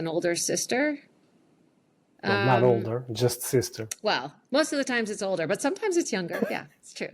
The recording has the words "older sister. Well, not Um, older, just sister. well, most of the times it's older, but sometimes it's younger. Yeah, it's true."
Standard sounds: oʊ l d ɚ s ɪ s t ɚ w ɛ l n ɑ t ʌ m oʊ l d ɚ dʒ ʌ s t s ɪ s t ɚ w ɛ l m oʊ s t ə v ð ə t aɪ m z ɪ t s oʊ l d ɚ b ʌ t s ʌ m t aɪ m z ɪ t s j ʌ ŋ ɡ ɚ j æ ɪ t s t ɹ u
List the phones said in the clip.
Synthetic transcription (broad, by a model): oʊ l d ɚ s ɪ s t ɚ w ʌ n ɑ t oʊ l d ɚ dʒ ʌ s t s ɪ s t ɚ w ɛ l m oʊ s t ə v ð ə t aɪ m z ɪ t s oʊ l d ɚ b ʌ t s ʌ m t aɪ m z ɪ t s j ʌ ŋ ɡ ɚ j æ ɪ t s t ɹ u